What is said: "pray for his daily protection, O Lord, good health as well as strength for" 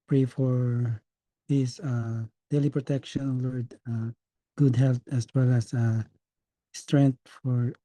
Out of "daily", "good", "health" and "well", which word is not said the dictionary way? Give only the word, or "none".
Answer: health